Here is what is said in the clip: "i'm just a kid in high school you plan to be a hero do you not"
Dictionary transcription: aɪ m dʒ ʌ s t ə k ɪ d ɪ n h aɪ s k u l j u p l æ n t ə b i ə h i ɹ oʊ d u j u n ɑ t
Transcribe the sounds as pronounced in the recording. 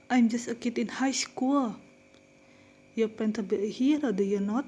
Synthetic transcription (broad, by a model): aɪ m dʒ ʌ s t ə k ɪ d ɪ n h aɪ s k u l j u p ɛ n t ə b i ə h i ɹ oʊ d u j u n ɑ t